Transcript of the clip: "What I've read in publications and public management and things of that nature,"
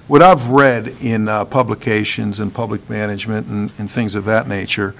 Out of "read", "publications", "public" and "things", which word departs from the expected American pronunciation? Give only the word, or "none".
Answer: none